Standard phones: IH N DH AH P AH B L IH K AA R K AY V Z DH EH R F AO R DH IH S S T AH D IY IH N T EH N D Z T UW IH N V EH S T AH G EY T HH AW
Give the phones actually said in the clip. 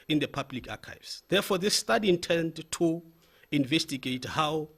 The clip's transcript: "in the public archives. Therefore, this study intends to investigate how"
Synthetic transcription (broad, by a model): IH N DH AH P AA B L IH K AA K AY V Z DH EH F AO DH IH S S T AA D IY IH N T EH N D T UW IH N V EH S T AH G EY T HH AW